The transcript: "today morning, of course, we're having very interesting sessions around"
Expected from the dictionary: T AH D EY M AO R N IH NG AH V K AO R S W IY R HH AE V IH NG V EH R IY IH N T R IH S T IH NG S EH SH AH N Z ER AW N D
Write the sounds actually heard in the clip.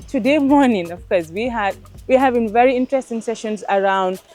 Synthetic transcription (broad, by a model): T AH D EY M AO R N IH NG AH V K AO R S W IY W HH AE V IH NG V EH R IY IH N T R IH S T IH NG S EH SH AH N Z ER AW N D